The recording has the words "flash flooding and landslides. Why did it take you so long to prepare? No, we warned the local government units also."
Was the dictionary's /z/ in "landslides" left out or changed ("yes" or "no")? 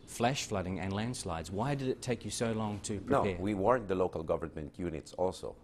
no